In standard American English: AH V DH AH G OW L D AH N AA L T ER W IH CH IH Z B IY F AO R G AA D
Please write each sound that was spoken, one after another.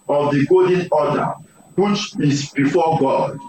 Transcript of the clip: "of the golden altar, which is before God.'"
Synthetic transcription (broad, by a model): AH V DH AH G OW D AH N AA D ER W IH CH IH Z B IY F AO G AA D